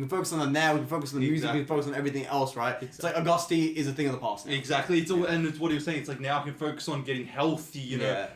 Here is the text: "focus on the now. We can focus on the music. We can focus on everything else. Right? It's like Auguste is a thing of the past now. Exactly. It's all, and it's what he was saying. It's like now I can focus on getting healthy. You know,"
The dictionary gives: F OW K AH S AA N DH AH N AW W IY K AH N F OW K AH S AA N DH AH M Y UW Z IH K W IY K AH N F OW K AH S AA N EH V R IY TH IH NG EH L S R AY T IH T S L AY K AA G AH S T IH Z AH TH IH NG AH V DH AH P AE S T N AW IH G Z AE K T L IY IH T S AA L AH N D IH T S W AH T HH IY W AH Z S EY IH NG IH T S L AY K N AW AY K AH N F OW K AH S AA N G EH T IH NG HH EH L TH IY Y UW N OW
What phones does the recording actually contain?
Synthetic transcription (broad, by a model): F OW K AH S N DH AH N AW W IY K AH N F OW K AH S N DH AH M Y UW Z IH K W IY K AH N F OW K AH S N EH V R IY TH IH NG EH L S R AY T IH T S L AY K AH G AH S T IH Z AH TH IH NG AH V DH AH P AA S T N IH G Z AE K T L IY IH T S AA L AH N IH T S W AH T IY W AH Z S EY IH NG IH T S L AY K N AW AY K AH N F OW K AH S N G EH T IH NG HH EH L TH IY Y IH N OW